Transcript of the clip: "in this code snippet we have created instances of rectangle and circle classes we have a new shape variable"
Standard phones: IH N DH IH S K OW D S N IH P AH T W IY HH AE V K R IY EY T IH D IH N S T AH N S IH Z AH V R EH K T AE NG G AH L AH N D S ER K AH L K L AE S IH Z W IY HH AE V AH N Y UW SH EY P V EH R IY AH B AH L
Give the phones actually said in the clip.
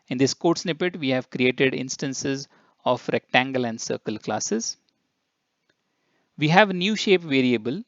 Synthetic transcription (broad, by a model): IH N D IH S K OW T S N IH P AH T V IY HH AE V K R IY EY T IH D IH N S T AH N S IH Z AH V R EH K T AE NG G AH L AH N D S ER K AH L K L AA S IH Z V IY HH AE V N Y UW SH EY P V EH R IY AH B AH L